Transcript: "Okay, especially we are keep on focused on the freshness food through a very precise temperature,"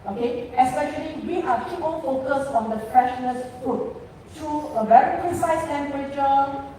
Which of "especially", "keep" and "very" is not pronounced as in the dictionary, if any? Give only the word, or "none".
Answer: keep